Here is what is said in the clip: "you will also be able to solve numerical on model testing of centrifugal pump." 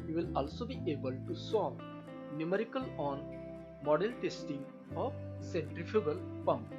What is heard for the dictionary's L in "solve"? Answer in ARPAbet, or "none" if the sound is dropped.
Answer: none